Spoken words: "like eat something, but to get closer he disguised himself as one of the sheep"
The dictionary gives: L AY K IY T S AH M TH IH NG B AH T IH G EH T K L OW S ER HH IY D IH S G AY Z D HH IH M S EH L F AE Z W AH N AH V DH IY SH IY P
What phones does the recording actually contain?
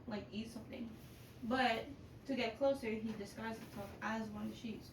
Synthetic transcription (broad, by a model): L AY K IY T S AH M TH IH NG B AH T IH G EH T K L OW S ER HH IY D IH S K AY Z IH S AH F AE Z W AH N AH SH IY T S